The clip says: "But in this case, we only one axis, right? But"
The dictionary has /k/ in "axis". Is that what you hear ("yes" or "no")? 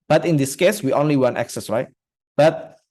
yes